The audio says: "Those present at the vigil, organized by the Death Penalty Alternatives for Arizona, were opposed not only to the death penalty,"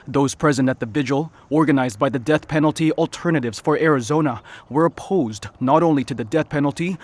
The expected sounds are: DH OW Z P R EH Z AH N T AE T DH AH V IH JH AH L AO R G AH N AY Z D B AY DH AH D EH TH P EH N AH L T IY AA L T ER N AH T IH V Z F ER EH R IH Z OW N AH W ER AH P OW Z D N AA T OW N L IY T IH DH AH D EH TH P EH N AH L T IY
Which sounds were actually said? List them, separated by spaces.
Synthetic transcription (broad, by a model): DH OW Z P R EH Z AH N T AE T DH AH V IH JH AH L AO R G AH N AY Z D B AY DH AH D EH TH P EH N L T IY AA L T ER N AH T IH V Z F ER EH R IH Z OW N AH W ER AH P OW Z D N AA T OW N L IY T IH DH AH D EH TH P EH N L T IY